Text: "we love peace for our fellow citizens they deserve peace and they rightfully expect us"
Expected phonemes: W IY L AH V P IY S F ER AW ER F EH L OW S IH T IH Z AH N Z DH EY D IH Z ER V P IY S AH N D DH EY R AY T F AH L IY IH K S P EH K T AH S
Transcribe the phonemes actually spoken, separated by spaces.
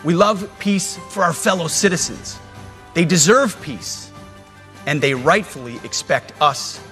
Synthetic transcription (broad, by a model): W IY L AH V P IY S F ER AW ER F EH L OW S IH T IH Z AH N Z DH EY D IH Z ER V P IY S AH N DH EY R AY T F L IY IH K S P EH K T AH S